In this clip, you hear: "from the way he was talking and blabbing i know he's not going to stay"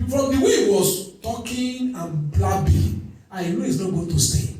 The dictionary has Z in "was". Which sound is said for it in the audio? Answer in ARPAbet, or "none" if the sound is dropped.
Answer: S